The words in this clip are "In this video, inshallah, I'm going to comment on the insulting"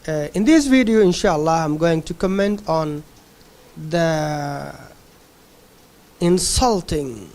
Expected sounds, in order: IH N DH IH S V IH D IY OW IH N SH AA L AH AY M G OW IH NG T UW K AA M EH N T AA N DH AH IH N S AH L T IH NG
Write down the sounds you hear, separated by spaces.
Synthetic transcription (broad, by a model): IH N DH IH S V IH D IY OW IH N SH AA L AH AY M G OW IH NG T UW K AA M EH N T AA N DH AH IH N S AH L T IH NG